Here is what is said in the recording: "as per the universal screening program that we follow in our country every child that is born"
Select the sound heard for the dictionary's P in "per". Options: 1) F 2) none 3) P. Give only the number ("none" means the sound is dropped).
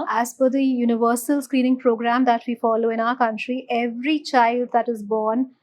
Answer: 1